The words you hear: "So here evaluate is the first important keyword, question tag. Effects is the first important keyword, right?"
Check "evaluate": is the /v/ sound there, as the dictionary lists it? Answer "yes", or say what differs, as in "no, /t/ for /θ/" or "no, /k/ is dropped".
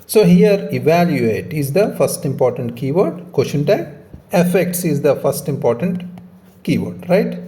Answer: yes